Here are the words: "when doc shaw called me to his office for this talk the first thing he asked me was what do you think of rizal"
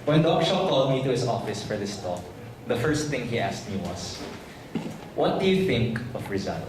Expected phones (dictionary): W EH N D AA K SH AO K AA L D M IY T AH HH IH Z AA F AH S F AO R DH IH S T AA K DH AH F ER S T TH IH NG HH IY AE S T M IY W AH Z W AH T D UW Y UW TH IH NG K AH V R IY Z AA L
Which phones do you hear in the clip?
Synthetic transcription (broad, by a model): W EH N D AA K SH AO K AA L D M IY T AH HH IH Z AA F AH S F AO R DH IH S T AA K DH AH F ER S T TH IH NG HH IY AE S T M IY W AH S W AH T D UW Y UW TH IH NG K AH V R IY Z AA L